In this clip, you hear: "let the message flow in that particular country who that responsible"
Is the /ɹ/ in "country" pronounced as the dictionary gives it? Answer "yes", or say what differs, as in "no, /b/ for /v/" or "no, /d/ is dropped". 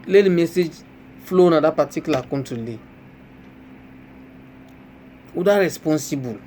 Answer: no, /l/ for /ɹ/